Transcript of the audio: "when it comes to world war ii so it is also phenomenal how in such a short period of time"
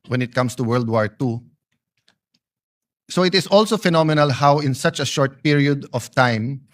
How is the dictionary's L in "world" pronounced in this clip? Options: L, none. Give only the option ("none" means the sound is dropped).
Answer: L